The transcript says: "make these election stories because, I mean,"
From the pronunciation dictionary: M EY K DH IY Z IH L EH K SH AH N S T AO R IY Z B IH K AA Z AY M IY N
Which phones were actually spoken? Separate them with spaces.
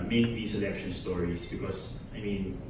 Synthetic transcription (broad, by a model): M EY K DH IY S IH L EH K SH AH N S T AO R IY S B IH K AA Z AY M IY N